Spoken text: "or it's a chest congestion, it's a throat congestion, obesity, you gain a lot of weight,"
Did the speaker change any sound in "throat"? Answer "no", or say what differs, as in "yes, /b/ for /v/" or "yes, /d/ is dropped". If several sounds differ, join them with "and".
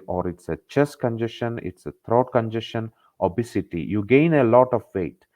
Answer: yes, /t/ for /θ/